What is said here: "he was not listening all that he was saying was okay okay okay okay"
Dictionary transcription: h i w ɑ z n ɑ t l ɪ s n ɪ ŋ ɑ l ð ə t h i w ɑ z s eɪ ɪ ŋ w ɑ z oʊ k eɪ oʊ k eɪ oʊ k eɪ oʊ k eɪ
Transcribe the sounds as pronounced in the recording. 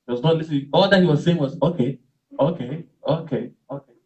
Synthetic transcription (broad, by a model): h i w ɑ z n ɑ t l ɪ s ɪ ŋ ɑ l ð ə t h i w ɑ z s eɪ ɪ ŋ w ɑ z oʊ k eɪ oʊ k eɪ oʊ k eɪ oʊ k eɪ